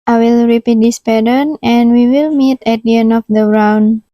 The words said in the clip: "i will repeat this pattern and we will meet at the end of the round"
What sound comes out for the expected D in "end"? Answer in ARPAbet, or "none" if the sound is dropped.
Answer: none